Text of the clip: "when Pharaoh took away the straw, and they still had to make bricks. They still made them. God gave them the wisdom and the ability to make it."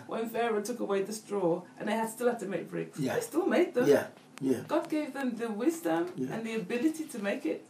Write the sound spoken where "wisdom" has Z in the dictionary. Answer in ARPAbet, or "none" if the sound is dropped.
Z